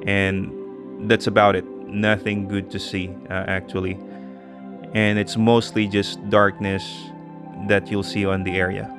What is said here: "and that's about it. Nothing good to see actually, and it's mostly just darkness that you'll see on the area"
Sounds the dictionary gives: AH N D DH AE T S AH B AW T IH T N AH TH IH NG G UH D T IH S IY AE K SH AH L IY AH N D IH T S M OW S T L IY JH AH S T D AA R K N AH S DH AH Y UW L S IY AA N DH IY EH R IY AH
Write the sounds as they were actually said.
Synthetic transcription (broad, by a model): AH N DH AE T S AH B AW T IH T N AH TH IH NG G UH D T IH S IY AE K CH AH L IY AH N IH T S M OW S T L IY JH AH S D AA R K N AH S DH AH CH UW L S IY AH N DH IY EH R IY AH